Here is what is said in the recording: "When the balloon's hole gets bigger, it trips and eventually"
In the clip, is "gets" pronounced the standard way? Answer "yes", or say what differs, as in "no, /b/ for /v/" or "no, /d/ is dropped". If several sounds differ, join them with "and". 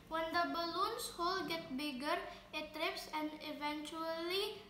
no, /s/ is dropped